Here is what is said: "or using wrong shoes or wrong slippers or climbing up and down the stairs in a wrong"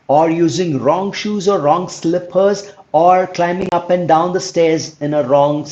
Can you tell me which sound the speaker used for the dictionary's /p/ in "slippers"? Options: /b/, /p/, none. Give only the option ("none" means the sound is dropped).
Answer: /p/